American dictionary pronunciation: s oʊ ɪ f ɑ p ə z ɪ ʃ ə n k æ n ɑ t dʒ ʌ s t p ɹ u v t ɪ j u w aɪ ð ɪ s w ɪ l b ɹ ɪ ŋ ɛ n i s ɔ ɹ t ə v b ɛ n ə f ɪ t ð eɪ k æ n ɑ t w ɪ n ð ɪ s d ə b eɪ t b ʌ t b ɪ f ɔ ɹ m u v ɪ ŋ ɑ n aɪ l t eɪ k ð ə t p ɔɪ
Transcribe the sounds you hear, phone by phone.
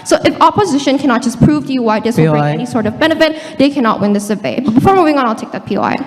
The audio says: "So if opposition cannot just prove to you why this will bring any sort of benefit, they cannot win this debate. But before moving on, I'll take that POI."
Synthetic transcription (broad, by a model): s oʊ ɪ f ɑ p ə z ɪ ʃ ə n k æ n ɑ t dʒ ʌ s p ɹ u v t ɪ j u w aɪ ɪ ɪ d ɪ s ɛ n i s ɔ ɹ t ə v b ɛ n ə f ɪ t ð eɪ k æ n ɑ t w ɪ n ð ɪ s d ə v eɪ b ʌ t b ɪ f ɔ ɹ m u v ɪ ŋ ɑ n aɪ l t eɪ k ð ə t p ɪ